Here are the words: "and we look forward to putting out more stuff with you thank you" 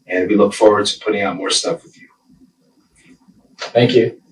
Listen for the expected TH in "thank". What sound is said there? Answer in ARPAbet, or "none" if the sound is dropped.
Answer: TH